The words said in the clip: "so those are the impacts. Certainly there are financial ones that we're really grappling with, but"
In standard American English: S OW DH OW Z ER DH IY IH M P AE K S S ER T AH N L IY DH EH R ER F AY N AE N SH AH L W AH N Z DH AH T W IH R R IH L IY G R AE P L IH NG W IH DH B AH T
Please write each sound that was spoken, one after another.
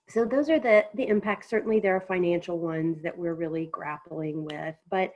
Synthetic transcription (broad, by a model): S OW DH OW Z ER DH IY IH M P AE K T S ER T N L IY DH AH R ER F AY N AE N SH L W AH N Z DH AH T W IH R R IH L IY G R AE P L IH NG W IH DH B AH T